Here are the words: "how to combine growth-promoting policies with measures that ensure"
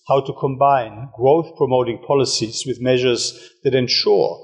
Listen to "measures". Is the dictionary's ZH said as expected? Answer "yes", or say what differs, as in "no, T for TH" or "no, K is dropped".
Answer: yes